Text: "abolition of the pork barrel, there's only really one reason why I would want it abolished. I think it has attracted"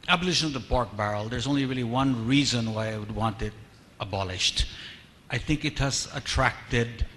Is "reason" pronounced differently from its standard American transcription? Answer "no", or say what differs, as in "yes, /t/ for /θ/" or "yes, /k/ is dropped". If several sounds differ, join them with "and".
no